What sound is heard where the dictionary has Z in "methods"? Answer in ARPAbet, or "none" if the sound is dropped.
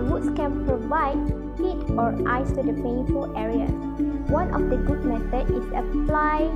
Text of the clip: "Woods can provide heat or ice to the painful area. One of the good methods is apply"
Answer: none